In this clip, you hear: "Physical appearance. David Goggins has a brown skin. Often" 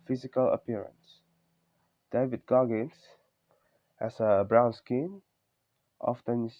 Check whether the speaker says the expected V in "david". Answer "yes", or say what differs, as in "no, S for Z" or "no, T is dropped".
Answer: yes